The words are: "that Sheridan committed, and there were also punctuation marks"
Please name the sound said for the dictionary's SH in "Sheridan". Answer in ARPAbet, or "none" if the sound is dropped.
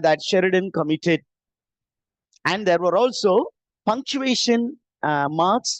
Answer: SH